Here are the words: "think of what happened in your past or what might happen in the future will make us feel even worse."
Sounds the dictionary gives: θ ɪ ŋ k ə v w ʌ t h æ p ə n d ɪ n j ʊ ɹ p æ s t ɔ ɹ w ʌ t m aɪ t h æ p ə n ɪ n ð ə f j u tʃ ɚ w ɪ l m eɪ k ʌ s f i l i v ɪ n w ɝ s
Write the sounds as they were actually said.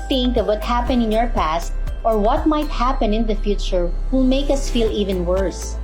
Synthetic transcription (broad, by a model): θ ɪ ŋ k ə v w ʌ t h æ p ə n ɪ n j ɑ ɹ p æ s t ɔ ɹ w ʌ t m aɪ t h æ p ə n ɪ n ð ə f j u tʃ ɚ w ɪ l m eɪ k ʌ s f i l i v ɪ n w ɝ s